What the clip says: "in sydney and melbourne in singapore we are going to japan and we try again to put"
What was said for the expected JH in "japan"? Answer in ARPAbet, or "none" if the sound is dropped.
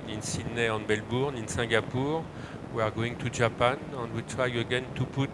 ZH